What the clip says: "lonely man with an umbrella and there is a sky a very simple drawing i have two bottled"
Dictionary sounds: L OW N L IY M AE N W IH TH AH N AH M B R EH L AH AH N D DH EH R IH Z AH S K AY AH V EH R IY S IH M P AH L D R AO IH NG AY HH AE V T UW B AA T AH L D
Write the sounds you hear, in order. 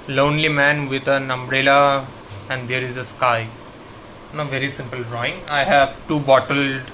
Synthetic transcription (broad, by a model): L OW N L IY M AE N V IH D AH N AH M B R EH L AH AH N D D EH R IH Z AH S K AY AH V EH R IY S IH M P AH L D R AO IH NG AY HH AE V T UW B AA T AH L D